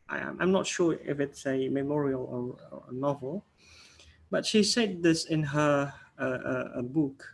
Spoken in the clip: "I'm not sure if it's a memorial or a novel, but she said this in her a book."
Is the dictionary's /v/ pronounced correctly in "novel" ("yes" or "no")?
yes